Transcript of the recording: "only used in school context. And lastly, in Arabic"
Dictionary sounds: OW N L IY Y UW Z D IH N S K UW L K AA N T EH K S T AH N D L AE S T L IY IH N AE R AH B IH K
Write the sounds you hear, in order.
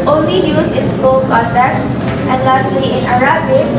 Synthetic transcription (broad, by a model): OW N L IY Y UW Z IH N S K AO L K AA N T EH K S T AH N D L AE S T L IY IH N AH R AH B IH